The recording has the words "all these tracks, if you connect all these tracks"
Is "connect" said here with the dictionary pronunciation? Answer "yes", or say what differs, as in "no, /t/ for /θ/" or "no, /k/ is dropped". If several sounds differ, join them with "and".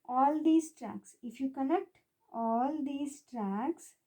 no, /l/ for /n/